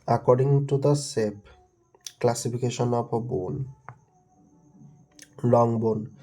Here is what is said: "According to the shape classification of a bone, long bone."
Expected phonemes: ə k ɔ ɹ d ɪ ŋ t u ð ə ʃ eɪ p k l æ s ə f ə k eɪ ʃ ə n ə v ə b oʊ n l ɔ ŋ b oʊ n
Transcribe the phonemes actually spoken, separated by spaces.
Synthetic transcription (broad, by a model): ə k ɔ ɹ d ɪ ŋ t u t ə s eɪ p k l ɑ s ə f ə k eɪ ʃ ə n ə p ə b oʊ n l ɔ ŋ b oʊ n